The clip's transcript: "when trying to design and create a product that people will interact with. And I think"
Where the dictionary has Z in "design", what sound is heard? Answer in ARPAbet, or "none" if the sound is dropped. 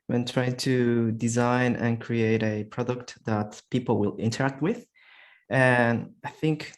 Z